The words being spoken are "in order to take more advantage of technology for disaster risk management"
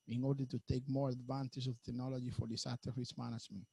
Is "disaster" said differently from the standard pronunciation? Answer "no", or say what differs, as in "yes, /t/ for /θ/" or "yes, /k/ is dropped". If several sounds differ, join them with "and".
yes, /s/ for /z/ and /s/ is dropped